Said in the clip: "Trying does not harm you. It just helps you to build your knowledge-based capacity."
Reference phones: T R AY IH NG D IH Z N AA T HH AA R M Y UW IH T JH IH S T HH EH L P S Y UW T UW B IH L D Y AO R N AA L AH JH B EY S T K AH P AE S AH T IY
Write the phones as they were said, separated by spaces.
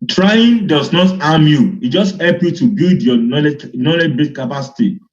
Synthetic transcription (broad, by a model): T R AY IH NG D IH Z N AA T AA M Y UW IH T JH IH S T HH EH L P Y UW T UW B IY L D Y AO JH N AA L AH JH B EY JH K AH P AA S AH T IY